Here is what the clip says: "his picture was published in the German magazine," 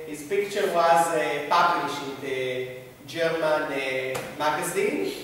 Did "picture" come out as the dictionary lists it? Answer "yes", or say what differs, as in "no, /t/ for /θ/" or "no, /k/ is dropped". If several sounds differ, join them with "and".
yes